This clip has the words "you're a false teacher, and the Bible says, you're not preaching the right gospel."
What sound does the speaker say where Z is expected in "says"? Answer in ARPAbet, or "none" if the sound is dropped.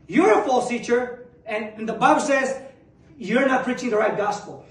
Z